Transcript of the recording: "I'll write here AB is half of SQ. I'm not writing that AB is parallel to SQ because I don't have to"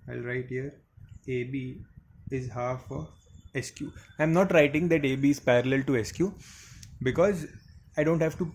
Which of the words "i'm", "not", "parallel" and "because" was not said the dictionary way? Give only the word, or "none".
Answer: none